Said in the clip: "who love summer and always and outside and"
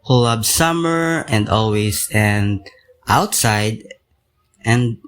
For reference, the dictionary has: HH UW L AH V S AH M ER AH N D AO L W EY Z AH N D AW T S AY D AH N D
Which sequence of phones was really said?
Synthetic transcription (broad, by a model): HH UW L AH B S AH M ER AH N D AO L W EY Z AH N D AW T S AY D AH N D